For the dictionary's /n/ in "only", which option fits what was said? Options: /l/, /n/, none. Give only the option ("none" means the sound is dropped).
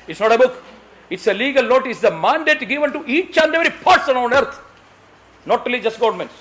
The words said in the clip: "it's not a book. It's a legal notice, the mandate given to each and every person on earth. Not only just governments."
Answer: none